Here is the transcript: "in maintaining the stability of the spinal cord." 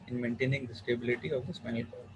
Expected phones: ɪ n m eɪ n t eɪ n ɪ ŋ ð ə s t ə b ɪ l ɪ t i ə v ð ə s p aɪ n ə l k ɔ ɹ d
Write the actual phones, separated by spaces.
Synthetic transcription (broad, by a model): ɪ n m eɪ n t eɪ n ɪ ŋ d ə s t ə b ɪ l ɪ t i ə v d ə s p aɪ ə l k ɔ